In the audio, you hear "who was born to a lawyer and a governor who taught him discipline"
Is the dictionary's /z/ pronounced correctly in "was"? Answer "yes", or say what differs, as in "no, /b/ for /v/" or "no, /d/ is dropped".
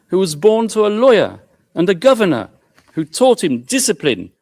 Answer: yes